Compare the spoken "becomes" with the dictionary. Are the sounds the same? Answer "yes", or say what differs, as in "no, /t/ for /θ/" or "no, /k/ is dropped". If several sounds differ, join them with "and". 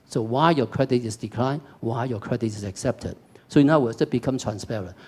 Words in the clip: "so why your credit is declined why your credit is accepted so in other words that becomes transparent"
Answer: no, /z/ is dropped